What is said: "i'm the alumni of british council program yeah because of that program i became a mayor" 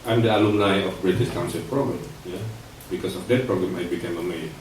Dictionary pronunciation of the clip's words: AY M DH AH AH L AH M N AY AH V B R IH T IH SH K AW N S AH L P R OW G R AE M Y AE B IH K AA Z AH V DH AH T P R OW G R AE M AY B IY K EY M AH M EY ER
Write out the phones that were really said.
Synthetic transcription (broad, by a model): AY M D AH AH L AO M L AY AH F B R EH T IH S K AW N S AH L P R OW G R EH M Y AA B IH K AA S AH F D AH T P R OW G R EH M AY B IY K EY M AH M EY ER